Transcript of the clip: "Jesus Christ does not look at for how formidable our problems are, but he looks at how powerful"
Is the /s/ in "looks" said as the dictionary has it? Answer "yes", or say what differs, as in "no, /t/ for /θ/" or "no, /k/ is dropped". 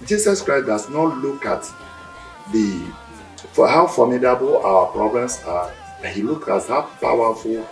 no, /s/ is dropped